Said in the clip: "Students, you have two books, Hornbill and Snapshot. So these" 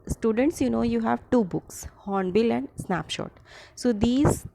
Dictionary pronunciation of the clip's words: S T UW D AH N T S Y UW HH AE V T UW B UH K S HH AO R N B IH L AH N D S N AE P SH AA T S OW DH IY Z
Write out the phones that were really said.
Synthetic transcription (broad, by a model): S T UW D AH N T S Y UW HH AE V T UW B UH K S HH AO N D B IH L AH N D S N AE P SH AA T S OW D IY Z